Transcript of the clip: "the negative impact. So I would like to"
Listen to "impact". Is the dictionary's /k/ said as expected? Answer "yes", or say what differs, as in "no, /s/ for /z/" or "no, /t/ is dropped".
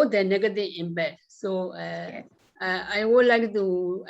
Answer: no, /k/ is dropped